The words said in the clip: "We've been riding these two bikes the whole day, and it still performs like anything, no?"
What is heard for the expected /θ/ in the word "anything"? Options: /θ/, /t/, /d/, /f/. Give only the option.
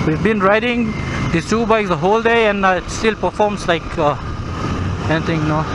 /t/